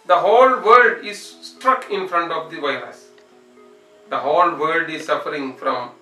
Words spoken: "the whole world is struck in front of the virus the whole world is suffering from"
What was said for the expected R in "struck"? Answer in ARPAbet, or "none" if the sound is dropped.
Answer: R